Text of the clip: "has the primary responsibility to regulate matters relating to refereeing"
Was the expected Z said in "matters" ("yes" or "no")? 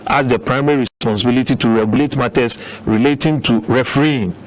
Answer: no